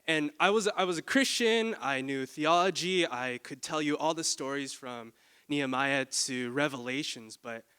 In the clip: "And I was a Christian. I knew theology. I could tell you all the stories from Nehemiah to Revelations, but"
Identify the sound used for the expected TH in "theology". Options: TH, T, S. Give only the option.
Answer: TH